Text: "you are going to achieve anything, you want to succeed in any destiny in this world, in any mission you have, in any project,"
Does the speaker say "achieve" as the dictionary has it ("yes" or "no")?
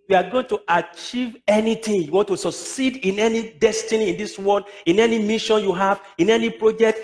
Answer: yes